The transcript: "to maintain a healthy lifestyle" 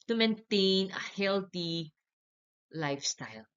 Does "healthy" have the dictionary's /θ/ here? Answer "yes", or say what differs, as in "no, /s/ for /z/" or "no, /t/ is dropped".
no, /t/ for /θ/